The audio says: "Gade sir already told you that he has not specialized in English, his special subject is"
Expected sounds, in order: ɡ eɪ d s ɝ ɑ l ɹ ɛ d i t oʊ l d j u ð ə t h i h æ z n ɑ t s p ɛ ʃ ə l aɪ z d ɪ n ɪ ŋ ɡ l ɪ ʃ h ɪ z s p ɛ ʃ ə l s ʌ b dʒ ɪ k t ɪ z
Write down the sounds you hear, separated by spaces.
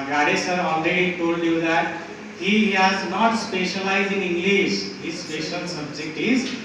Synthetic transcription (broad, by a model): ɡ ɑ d s ɝ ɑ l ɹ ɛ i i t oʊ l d j u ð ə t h i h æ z n ɑ t s p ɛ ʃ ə l aɪ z ɪ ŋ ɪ ŋ ɡ l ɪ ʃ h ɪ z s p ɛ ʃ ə l s ʌ b dʒ ɪ k t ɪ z